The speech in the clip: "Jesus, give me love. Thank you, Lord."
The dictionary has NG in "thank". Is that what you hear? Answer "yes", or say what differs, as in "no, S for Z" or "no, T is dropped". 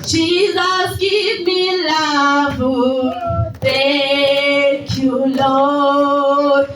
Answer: no, NG is dropped